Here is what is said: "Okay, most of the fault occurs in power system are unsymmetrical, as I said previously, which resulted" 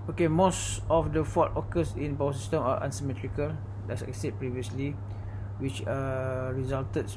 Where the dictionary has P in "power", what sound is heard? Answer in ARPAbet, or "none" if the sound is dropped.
B